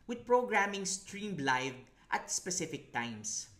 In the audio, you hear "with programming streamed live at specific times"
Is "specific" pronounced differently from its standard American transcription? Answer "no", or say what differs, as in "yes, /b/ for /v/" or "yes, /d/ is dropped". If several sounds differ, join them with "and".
no